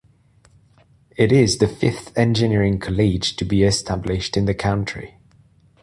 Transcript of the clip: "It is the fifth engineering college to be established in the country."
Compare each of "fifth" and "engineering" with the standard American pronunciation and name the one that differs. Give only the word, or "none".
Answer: none